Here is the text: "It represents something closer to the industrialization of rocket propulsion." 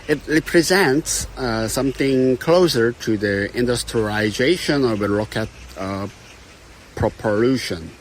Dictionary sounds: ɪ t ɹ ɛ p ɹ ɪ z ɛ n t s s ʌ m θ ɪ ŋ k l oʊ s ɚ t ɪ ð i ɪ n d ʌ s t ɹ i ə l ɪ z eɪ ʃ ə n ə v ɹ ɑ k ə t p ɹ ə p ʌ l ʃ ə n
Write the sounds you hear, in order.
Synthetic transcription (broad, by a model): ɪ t ɹ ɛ p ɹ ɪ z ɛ n t s s ʌ m θ ɪ ŋ k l oʊ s ɚ t ɪ ð i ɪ n d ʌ s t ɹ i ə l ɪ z eɪ ʃ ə n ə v ɹ ɑ k ə t p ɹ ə p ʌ l ʃ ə n